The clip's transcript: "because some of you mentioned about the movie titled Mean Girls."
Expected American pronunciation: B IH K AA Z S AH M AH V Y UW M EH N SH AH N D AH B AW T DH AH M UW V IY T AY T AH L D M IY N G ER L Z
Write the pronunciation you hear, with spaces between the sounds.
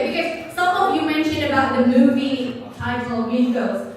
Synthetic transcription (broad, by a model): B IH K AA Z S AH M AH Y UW M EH N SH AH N AH B AW T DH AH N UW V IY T AY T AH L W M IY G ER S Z